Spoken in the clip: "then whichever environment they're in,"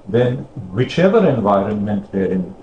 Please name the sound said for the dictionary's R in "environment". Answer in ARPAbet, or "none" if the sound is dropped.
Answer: R